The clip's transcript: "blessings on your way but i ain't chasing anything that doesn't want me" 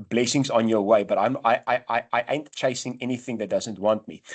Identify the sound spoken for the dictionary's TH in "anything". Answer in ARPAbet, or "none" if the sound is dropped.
TH